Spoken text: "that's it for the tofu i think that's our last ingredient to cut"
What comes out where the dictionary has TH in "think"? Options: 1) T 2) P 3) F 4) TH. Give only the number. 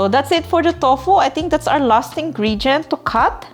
1